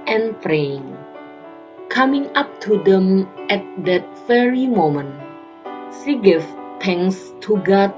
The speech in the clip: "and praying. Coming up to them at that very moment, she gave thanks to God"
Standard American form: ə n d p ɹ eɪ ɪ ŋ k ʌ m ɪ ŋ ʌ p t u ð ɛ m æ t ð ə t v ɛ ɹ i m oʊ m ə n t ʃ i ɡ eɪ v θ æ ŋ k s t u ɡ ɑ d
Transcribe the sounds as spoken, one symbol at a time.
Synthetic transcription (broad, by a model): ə n p ɹ eɪ ɪ ŋ k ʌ m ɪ ŋ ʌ p t u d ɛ m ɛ t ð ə t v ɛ ɹ i m oʊ m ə n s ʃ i ɡ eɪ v t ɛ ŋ s t u ɡ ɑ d